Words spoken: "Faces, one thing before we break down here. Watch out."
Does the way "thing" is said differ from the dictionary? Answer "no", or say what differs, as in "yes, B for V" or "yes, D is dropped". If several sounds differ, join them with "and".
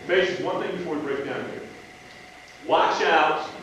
no